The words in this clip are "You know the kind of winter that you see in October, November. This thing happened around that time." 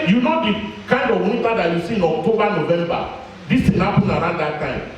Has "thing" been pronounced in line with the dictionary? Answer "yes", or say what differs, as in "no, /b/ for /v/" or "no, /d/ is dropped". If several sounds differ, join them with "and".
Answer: no, /t/ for /θ/